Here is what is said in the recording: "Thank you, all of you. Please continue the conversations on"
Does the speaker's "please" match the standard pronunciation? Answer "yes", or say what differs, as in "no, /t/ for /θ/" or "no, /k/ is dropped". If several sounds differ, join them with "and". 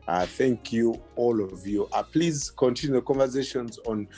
yes